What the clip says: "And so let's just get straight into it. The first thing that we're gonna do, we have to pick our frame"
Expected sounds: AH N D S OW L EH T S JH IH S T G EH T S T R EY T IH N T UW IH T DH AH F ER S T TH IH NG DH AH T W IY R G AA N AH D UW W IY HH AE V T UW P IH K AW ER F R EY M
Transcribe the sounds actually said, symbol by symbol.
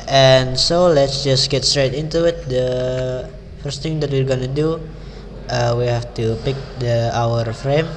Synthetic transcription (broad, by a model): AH N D S OW L EH T S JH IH S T G EH T S T R EY T IH N T UW IH T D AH F ER S T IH NG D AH T W IY R G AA N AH D UW W IY HH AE F T UW P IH K AW ER F R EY M